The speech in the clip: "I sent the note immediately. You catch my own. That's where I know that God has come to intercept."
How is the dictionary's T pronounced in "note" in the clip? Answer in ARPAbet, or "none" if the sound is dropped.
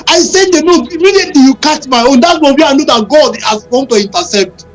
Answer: none